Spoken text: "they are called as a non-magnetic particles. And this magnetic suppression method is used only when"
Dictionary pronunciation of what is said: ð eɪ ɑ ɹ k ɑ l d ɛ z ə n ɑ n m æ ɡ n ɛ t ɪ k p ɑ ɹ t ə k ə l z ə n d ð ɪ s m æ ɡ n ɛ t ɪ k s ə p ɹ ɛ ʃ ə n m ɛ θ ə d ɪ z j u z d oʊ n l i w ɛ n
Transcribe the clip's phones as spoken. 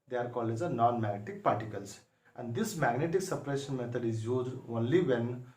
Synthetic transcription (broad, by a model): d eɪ ɑ ɹ k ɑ l ɛ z ə n ɑ n m æ ɡ n ɛ t ɪ k p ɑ ɹ t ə k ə l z ə n d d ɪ s m æ ɡ n ɛ t ɪ k s ə p ɹ ɛ ʃ ə n m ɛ t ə d ɪ z j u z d oʊ n l i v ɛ n